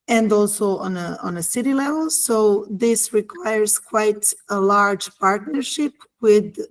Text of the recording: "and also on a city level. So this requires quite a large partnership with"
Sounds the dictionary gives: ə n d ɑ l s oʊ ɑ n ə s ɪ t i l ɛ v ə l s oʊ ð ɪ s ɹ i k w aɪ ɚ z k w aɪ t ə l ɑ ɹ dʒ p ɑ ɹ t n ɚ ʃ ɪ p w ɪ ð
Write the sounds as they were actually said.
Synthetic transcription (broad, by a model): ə n d ɑ l s oʊ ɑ n ə s ɪ t i l ɛ v ə l s oʊ ð ɪ s ɹ i k w aɪ ɚ z k w aɪ t ə l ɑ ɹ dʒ p ɑ ɹ t n ɚ ʃ ɪ p w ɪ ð